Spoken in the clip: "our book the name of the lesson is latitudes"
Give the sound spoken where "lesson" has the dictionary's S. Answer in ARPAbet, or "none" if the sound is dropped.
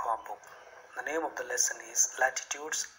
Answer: S